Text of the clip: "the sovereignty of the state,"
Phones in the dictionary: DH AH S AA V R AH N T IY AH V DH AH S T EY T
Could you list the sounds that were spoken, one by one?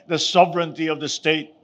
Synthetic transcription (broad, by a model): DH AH S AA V R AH N T IY AH V DH AH S T EY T